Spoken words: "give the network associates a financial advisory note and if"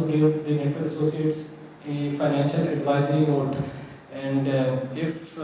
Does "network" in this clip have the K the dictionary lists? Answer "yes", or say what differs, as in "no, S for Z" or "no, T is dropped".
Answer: no, K is dropped